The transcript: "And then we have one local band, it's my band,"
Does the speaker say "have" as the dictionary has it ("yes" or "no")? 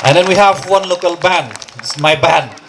yes